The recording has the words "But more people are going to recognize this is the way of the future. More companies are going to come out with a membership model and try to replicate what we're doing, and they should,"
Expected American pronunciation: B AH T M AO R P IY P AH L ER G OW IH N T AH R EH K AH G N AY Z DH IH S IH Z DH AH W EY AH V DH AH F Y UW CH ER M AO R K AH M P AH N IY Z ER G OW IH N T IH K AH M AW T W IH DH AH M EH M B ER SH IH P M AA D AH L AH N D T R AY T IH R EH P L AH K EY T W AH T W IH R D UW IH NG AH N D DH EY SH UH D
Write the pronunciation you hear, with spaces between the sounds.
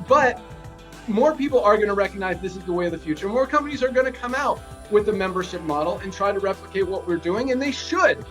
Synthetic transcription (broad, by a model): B AH T M AO R P IY P L ER G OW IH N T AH R EH K AH G N AY Z DH IH S IH Z DH AH W EY AH V DH AH F Y UW CH ER M AO R K AH M P AH N IY Z ER G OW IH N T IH K AH M AW T W IH DH AH M EH M B ER SH IH P M AA D L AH N T R AY T IH R EH P L AH K EY T W AH T W IH R D UW IH NG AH N DH EY SH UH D